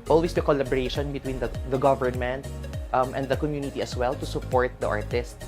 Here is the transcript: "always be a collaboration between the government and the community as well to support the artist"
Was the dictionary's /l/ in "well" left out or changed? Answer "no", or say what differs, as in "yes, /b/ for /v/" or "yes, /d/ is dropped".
no